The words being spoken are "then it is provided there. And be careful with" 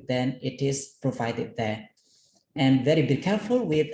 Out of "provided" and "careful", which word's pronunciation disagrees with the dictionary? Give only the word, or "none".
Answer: none